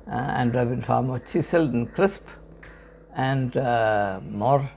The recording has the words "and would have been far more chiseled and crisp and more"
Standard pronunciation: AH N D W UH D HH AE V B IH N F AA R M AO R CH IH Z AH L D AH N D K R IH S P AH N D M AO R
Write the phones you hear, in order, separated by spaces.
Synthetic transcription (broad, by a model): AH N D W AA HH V B IH N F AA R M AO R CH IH S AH L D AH N K R IH S P AH N D M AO R